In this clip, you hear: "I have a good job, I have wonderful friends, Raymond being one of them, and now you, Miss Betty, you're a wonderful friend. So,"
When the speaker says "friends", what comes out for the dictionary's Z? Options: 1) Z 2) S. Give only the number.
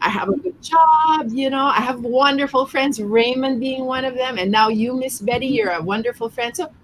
1